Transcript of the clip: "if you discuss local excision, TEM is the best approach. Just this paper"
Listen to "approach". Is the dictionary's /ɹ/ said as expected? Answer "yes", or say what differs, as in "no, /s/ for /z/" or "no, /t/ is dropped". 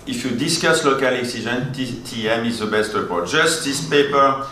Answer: no, /ɹ/ is dropped